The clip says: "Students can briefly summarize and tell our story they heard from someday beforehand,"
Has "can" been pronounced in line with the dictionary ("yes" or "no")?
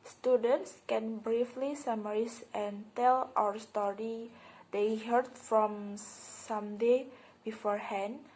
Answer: yes